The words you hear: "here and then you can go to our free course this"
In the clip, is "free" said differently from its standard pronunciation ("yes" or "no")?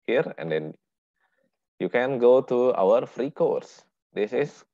no